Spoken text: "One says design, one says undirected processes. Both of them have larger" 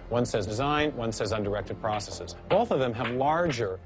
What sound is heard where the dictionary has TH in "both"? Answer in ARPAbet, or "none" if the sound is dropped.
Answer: TH